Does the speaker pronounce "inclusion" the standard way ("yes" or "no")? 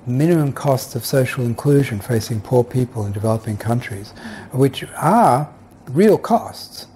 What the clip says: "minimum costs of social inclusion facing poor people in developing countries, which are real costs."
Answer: yes